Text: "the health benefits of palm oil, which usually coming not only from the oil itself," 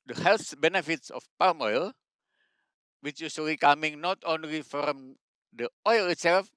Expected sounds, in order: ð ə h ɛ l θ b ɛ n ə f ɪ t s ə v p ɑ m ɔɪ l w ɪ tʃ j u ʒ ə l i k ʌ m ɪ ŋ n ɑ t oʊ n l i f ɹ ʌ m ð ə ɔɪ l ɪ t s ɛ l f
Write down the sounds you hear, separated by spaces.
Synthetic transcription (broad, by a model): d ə h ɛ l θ b ɛ n ə f ɪ t s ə f p ɑ m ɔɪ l w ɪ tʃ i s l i k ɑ m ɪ ŋ n ɑ t oʊ n l i f ɹ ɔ m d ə ɔɪ l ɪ t s ɛ l f